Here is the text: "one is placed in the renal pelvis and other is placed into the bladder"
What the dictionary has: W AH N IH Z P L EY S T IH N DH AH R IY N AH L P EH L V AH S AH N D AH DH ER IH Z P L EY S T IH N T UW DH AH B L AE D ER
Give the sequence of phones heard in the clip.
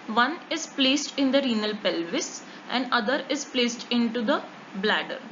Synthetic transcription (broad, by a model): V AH N IH Z P L EY S T IH N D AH R IY N AH L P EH L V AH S AH N D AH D ER IH Z P L EY S T IH N T UW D AH B L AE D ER